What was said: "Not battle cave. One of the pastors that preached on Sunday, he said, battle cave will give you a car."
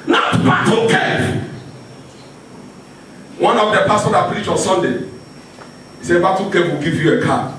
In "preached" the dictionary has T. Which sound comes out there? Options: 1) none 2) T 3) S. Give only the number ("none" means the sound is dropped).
1